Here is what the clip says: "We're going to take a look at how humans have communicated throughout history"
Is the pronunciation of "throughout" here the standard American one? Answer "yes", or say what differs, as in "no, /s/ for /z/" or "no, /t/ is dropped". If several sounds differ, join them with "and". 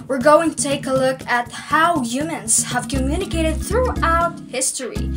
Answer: yes